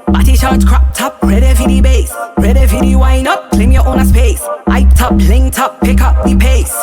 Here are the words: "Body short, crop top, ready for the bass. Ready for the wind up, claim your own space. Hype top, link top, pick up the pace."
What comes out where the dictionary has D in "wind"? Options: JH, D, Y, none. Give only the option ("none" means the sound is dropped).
none